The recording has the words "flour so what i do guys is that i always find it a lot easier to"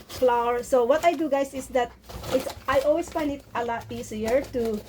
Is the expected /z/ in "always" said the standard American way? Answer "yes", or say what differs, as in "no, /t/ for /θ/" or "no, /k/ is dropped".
no, /s/ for /z/